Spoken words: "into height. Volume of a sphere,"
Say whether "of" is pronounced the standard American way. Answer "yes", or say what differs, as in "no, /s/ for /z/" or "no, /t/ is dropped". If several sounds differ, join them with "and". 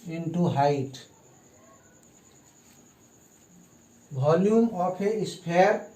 no, /p/ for /v/